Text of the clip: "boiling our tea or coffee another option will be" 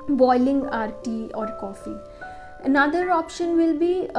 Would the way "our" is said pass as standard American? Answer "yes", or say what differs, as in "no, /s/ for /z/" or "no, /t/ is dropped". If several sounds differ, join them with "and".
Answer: yes